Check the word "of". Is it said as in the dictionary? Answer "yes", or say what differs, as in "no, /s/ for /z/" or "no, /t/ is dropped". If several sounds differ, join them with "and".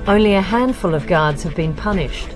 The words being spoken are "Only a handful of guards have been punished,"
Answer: yes